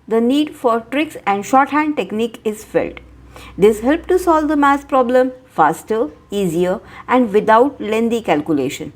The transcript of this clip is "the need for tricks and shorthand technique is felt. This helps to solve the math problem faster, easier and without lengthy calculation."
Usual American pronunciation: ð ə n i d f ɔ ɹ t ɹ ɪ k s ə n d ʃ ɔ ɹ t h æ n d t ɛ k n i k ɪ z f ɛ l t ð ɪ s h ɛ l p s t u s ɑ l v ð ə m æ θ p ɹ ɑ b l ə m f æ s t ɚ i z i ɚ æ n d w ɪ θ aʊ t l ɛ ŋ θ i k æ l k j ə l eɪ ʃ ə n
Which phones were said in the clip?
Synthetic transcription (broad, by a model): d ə n i d f ɔ ɹ t ɹ ɪ k s ə n d ʃ ɔ ɹ t h æ n d t ɛ k n i k ɪ z f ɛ l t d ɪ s h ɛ l p t u s ɑ l v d ə m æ s p ɹ ɑ b l ə m f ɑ s t ɚ i z i ɚ æ n d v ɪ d aʊ t l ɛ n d i k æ l k j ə l eɪ ʃ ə n